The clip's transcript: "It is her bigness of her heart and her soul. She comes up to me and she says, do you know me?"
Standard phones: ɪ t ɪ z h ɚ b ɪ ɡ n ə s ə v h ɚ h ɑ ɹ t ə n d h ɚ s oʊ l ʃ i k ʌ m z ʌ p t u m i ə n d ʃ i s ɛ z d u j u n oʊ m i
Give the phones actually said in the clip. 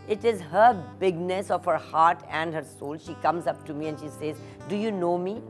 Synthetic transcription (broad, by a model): ɪ t ɪ z h ɚ b ɪ ɡ n ə s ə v h ɚ h ɑ ɹ t ə n d h ɚ s oʊ l ʃ i k ʌ m z ʌ p t u m i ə n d ʃ i s ɛ z d u j u n oʊ m i